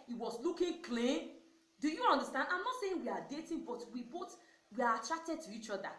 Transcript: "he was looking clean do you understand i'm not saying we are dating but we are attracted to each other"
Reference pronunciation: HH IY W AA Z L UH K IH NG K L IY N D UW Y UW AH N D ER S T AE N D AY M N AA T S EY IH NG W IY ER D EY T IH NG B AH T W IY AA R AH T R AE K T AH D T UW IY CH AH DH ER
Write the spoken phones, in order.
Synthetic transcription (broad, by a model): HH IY W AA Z L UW K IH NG K L IY N D UW Y UW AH N D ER S T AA N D AY M N AA T S EY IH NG W IY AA D EY T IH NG B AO T W IY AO W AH T R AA K T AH D T UW IY CH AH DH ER